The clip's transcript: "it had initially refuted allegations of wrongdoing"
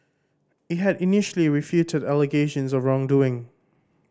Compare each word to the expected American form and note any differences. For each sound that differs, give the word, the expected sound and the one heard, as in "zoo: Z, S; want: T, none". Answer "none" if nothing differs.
none